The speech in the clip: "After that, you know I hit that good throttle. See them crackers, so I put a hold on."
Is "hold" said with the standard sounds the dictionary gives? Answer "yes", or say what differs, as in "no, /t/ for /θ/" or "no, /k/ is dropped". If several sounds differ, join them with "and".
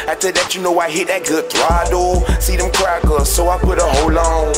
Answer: no, /d/ is dropped